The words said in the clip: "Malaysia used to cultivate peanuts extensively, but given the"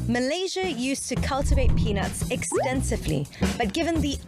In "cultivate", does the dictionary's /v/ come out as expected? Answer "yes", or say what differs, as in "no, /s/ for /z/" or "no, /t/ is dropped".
yes